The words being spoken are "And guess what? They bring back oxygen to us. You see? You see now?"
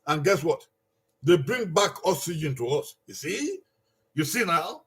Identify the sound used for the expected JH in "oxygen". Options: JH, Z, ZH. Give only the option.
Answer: JH